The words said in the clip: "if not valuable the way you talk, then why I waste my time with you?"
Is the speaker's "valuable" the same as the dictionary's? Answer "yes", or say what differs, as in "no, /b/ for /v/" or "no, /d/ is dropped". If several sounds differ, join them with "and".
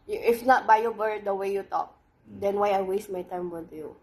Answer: no, /b/ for /v/